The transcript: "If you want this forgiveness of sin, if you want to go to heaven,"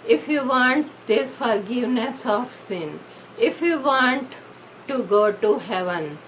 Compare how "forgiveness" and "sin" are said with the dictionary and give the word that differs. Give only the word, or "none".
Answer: none